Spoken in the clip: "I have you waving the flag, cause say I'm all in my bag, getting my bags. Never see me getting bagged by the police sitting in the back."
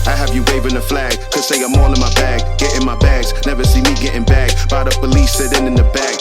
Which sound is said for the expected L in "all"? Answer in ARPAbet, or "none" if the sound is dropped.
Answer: N